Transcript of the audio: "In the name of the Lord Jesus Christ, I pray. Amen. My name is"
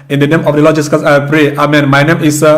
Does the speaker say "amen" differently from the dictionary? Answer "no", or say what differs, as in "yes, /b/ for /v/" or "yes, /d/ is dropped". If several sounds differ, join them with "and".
no